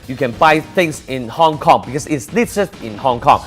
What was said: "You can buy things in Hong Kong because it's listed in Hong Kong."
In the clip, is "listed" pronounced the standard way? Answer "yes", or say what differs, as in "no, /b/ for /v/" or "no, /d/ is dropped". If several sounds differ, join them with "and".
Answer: no, /s/ is dropped